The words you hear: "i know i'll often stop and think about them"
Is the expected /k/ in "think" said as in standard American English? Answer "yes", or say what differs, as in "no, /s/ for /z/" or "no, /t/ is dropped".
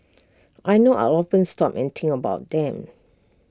no, /k/ is dropped